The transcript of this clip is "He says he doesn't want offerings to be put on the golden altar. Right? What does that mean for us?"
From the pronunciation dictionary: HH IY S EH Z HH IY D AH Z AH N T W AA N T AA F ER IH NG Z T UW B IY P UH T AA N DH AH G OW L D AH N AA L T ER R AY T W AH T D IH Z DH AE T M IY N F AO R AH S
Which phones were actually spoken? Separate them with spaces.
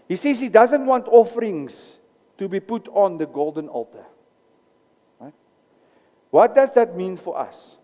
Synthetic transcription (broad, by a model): HH IY S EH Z HH IY D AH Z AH N T W AA N T AA F ER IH NG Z T UW B IY P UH T AA N DH AH G OW L D AH N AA L T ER R AY T W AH T D IH Z DH AE T M IY N F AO R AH S